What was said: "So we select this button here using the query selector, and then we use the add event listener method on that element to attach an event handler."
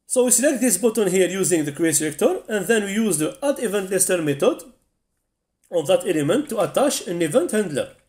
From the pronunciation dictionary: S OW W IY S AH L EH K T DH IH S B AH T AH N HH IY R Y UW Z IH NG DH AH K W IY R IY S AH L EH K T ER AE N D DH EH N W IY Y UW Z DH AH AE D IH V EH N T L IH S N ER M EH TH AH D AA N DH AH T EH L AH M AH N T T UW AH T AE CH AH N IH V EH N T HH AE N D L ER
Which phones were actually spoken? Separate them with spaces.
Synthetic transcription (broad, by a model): S OW W IY S AH L EH K T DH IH S B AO T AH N HH IY R Y UW Z IH NG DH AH K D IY IY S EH K T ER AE N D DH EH N W IY Y UW Z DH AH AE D IH V EH N T L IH S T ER M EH T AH D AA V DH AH T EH L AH M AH N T T UW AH T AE SH AH N IH V EH N T HH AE N D L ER